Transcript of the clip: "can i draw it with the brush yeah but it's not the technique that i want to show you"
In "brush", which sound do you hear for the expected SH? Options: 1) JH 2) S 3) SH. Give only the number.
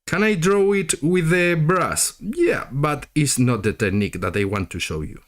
2